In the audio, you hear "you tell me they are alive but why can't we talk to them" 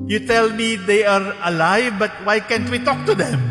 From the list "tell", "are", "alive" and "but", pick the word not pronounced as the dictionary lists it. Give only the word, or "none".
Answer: none